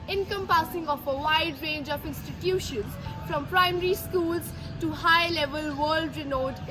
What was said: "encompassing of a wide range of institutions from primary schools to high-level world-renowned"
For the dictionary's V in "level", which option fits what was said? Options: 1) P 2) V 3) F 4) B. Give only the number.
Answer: 2